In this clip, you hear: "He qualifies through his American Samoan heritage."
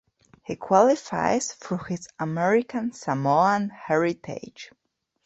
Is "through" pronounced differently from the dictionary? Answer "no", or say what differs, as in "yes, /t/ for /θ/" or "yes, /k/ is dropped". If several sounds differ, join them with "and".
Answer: yes, /f/ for /θ/